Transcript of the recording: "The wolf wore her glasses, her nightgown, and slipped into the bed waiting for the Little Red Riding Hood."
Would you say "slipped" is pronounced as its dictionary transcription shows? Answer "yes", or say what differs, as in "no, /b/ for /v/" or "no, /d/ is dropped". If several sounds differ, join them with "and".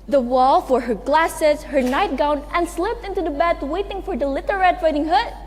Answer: yes